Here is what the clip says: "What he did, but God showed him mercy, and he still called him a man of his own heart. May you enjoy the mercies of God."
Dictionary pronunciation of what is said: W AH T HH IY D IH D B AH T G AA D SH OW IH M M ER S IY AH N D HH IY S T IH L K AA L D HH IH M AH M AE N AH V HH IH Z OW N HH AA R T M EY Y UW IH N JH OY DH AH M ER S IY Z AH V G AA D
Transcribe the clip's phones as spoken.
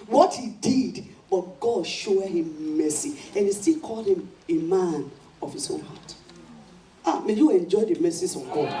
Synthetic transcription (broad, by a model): W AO T HH IY D IH D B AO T G AA D SH OW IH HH M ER S IY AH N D HH IY S T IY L K AA L D HH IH M AH M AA N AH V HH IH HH OW N HH AA T M EY Y UW IH N JH OY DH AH M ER S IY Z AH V G AA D